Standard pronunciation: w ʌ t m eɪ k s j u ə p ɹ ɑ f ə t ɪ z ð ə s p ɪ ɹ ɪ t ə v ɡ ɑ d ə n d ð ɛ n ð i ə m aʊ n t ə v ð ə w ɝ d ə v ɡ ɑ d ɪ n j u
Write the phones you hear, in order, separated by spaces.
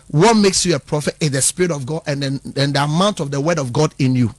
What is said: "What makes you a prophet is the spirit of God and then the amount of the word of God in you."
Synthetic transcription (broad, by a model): w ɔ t m eɪ k s j u ə p ɹ ɑ f ə t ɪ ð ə s p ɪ ɹ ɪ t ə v ɡ ɑ d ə n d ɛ n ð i ə m aʊ n t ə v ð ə w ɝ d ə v ɡ ɑ d ɪ n j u